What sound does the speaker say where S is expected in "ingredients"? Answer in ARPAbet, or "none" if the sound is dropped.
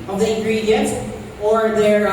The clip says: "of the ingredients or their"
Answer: none